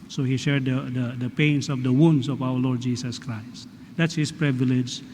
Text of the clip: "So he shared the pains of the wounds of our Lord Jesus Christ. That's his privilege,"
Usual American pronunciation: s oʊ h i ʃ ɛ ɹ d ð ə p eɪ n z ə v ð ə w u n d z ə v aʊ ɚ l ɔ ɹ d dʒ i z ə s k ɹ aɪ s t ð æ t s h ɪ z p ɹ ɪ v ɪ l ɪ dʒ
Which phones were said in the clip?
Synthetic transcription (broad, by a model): s oʊ h i ʃ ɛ ɹ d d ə p eɪ n s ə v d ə w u n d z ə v aʊ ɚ l ɔ ɹ d dʒ i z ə s k ɹ aɪ s t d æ t s h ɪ s p ɹ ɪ v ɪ l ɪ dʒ